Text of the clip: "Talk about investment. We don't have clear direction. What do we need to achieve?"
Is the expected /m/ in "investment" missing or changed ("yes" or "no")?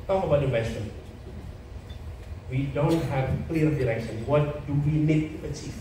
yes